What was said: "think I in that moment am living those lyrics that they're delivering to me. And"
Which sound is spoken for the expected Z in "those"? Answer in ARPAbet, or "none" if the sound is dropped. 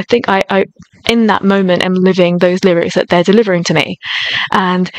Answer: Z